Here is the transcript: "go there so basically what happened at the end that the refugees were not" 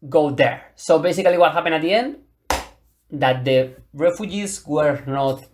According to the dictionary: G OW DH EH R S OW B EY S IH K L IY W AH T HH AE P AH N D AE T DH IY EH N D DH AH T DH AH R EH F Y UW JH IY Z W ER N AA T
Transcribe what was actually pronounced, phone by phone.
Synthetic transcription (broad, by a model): G OW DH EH R S OW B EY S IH K L IY W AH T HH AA P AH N AA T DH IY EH N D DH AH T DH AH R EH F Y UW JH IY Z W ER N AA T